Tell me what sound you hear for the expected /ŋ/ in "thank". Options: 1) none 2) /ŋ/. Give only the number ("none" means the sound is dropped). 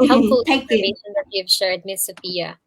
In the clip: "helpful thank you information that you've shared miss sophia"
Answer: 1